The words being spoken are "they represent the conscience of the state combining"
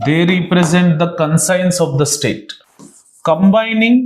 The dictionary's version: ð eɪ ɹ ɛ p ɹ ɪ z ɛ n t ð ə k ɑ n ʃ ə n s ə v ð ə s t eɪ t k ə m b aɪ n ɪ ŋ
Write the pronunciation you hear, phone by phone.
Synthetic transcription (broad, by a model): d eɪ ɹ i p ɹ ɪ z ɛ n t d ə k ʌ n s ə n s ə v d ə s t eɪ t k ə m b aɪ n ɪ ŋ